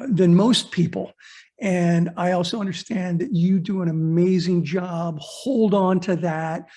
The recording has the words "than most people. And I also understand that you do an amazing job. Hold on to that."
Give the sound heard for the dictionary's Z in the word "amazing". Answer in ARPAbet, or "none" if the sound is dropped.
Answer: Z